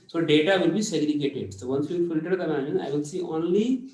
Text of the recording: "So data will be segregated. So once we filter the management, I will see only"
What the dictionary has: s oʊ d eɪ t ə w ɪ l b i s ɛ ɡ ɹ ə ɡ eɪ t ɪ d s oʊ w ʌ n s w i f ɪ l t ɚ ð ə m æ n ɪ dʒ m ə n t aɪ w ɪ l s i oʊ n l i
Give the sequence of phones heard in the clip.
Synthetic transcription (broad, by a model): s oʊ d eɪ t ə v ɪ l b i s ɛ ɡ ɹ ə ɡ eɪ t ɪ d s oʊ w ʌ n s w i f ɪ l t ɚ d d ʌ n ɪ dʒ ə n aɪ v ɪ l s i oʊ n l i